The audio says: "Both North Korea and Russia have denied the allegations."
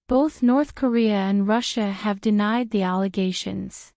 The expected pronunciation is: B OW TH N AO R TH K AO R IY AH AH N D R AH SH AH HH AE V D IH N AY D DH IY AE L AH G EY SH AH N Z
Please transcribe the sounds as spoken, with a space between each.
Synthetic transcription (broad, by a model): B OW TH N AO R TH K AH R IY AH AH N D R AH SH AH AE V D IH N AY D DH IY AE L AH G EY SH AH N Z